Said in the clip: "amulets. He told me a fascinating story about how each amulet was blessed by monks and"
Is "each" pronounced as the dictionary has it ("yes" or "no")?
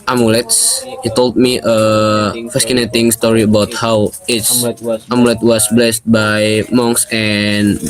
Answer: no